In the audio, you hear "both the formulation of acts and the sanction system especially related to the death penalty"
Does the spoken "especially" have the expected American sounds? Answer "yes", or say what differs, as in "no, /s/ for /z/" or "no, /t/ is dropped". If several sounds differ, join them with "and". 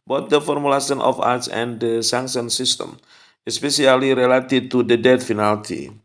no, /s/ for /ʃ/